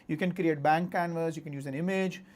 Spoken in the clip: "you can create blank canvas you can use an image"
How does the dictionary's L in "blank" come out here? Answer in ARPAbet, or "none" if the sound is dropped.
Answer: none